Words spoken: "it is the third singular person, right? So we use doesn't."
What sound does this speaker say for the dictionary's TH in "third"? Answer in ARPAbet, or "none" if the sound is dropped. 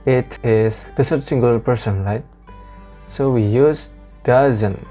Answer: S